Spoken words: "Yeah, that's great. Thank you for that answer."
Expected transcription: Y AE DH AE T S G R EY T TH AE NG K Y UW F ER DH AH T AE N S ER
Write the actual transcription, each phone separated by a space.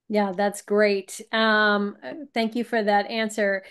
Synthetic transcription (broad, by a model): Y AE DH AE T S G R EY T TH AE NG K Y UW F ER DH AH T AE N S ER